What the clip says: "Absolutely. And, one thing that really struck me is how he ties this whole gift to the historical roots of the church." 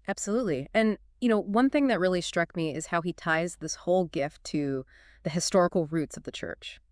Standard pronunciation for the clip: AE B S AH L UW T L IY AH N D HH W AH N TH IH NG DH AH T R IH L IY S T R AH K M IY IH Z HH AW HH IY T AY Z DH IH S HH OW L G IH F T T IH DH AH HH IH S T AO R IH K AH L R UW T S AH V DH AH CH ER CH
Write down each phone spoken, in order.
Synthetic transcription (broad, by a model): AE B S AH L UW T L IY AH N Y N W AH N TH IH NG DH AH T R IH L IY S T R AH K M IY IH Z HH AW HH IY T AY Z DH IH S HH OW L G IH F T T IH DH AH HH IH S T AO R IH K L R UW T S AH V DH AH CH ER CH